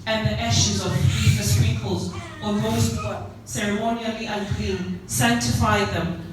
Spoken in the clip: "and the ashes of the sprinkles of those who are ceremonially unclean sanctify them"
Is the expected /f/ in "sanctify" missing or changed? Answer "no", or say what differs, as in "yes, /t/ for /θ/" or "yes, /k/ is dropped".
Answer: no